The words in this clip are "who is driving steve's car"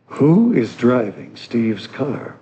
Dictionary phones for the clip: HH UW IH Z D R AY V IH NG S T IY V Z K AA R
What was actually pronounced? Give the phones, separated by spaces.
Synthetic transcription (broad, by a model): HH UW IH Z D R AY V IH NG S T IY V Z K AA R